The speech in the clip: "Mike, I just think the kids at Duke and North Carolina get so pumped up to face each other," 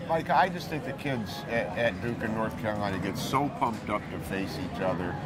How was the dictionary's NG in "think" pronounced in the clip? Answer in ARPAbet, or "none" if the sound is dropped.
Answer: none